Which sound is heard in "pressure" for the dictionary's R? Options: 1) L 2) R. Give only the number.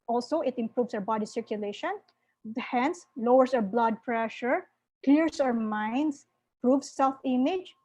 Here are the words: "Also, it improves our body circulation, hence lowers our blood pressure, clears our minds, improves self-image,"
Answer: 2